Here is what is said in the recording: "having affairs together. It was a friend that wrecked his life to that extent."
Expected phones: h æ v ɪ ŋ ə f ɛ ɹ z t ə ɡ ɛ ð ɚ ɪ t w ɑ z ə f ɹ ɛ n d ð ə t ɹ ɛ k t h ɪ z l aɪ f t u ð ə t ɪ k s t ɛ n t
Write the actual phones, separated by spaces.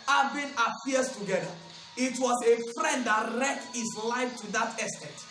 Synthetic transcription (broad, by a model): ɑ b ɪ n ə p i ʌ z t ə ɡ ɛ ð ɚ ɪ t w ɑ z ə f ɹ ɛ n d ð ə t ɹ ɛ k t h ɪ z l aɪ f t u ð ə t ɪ s t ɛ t